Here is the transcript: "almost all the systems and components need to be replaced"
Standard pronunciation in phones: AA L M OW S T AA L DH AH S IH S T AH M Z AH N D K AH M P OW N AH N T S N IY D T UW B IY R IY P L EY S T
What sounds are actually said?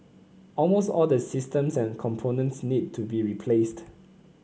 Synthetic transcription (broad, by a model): AA L M OW S T AA L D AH S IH S T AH M S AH N K AH M P OW N AH N T S N IY D T UW B IY R IY P L EY S T